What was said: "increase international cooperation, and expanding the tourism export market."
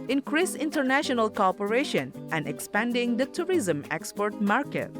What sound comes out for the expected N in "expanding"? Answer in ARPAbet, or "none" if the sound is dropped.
N